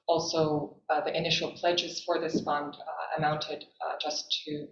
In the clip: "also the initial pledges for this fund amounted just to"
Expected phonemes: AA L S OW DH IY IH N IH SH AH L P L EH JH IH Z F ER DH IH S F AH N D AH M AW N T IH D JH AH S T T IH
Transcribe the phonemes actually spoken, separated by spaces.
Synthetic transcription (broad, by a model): AA L S OW DH IY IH N IH SH L P L EH JH IH Z F ER DH IH S F AH N D AH M AW N T IH D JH AH S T T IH